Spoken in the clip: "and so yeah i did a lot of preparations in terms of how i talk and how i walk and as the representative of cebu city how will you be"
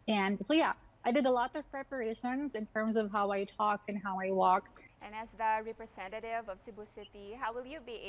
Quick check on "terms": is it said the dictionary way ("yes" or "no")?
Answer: yes